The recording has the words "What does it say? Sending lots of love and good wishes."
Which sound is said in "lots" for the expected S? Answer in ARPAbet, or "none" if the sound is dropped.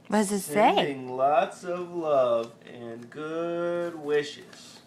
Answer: S